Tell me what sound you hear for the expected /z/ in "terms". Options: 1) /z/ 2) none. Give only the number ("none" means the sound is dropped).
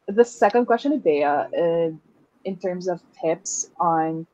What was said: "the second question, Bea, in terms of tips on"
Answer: 1